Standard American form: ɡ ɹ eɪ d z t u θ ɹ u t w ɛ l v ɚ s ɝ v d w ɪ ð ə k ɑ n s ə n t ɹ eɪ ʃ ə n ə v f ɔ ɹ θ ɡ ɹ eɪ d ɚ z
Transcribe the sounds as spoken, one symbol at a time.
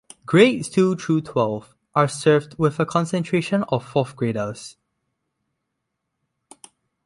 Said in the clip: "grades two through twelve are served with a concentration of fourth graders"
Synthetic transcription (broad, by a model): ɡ ɹ eɪ t u t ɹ u t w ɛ l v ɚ s ɝ v d w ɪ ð ə k ɑ n s ə n t ɹ eɪ ʃ ə n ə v f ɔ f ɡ ɹ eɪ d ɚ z